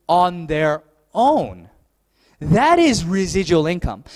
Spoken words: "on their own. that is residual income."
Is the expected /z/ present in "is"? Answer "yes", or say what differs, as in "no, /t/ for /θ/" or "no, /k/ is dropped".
yes